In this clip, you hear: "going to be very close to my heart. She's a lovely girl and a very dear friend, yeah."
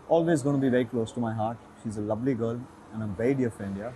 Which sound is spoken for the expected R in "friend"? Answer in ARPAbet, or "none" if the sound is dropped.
none